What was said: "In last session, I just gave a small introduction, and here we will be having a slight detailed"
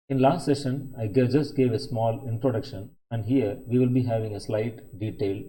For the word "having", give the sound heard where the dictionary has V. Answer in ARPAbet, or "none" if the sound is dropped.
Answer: V